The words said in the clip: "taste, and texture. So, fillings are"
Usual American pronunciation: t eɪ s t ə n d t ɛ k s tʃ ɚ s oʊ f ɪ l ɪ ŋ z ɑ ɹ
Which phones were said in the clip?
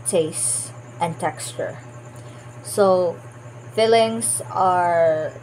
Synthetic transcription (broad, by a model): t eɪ s t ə n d t ɛ k s tʃ ɚ s oʊ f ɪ l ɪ ŋ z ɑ ɹ